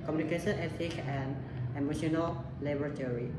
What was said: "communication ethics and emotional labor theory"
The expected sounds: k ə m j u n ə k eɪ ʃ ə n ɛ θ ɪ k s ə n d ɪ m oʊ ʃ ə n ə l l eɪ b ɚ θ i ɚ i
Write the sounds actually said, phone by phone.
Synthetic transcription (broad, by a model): k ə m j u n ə k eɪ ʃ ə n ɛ t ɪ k ə n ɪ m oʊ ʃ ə n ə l l eɪ b ɚ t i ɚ i